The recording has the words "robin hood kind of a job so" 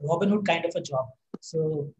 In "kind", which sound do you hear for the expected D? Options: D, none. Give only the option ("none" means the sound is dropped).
D